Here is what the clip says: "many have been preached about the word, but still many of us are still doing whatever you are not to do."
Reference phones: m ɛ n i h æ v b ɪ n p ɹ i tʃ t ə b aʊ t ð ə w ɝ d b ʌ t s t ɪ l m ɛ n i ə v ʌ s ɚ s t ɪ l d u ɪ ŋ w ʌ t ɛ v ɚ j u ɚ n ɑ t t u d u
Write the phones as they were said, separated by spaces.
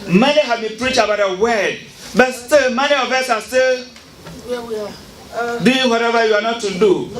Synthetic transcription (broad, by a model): m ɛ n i h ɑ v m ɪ p ɹ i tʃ ə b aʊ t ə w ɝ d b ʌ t s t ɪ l m ɛ n i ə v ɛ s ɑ s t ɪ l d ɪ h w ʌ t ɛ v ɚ j u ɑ n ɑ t t u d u